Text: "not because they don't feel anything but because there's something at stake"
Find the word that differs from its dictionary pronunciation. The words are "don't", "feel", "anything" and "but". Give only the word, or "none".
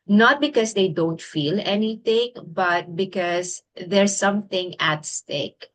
anything